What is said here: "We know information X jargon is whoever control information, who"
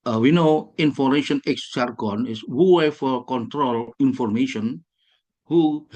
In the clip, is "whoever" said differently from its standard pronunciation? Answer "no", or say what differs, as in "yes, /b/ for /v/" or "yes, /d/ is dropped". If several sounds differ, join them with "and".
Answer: yes, /f/ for /v/